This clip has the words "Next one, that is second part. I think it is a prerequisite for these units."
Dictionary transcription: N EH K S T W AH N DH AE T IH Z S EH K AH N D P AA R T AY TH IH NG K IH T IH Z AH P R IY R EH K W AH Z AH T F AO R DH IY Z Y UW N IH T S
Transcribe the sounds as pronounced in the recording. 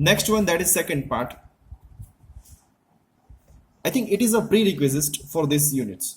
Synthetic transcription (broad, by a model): N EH K S T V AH N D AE T IH Z S EH K AH N D P AA R T AY T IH NG K IH T IH Z AH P R IY R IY K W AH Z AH T F AO R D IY S Y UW N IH T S